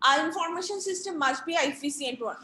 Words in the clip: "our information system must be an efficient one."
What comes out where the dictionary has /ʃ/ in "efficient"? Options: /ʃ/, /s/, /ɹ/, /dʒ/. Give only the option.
/s/